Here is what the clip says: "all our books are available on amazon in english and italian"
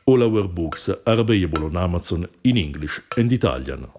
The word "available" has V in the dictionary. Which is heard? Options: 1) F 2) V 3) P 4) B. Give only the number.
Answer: 4